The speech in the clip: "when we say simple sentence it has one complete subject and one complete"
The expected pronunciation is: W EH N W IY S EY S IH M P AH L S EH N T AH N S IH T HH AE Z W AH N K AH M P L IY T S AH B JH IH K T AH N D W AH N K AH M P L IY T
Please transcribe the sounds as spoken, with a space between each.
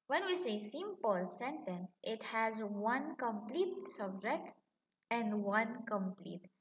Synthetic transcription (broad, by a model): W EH N W IY S EY S IH M P AH L S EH N T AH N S IH T HH AE Z W AH N K AH M P L IY T S AH B JH IH K T AH N D W AH N K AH M P L IY T